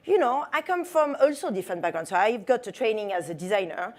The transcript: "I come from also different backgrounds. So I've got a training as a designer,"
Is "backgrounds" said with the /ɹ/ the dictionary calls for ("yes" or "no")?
no